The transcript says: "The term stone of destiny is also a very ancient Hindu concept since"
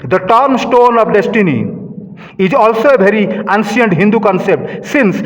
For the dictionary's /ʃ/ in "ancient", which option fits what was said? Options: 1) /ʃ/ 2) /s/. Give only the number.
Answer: 2